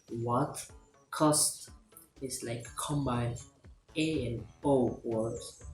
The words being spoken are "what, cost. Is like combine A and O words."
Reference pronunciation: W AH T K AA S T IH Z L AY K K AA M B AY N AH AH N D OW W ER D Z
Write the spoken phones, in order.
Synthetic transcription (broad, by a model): W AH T K AA S T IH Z L AY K K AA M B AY AH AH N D OW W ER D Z